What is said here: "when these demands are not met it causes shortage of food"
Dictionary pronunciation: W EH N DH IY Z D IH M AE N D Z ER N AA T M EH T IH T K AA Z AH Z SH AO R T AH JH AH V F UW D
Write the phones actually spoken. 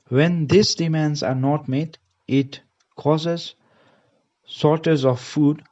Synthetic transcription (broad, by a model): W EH N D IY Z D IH M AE N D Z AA N AA T M EH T IH T K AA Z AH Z S AO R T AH Z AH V F UW D